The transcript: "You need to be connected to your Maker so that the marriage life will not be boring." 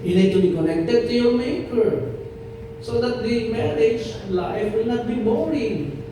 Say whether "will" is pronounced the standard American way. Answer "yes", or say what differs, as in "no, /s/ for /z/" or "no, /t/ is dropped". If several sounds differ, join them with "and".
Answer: yes